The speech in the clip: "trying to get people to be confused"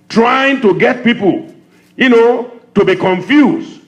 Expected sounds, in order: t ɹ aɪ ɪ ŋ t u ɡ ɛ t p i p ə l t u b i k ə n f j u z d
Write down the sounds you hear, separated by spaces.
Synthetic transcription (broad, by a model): t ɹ aɪ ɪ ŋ t u ɡ ɛ t p i p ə n t u b i k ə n f j u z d